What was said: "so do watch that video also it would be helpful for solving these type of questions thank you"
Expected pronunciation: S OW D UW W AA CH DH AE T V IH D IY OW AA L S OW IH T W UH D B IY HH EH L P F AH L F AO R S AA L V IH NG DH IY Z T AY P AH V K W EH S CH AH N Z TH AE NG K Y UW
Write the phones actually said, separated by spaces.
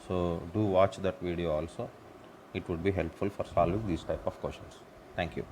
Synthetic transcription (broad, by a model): S OW D UW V AA CH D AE T V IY D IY OW AA L S OW IH T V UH D B IY HH EH L P F AH L F AO R S AA L V IH NG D IY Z T AY P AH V K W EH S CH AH N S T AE NG K Y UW